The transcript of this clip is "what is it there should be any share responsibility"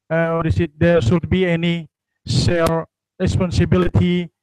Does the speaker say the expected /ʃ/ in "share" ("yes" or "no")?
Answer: no